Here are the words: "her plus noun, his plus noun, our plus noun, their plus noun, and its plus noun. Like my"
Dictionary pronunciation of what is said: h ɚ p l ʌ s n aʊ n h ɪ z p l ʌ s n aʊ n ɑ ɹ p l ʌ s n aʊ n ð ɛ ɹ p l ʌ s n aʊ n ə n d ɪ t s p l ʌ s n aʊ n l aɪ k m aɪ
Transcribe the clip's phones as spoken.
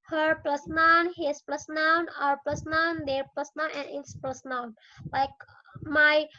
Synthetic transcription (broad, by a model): h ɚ p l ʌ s n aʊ n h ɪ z p l ʌ s n aʊ n ɑ ɹ p l ʌ s n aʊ n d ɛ ɹ p l ʌ s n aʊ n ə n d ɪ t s p l ʌ s n aʊ n l aɪ k m aɪ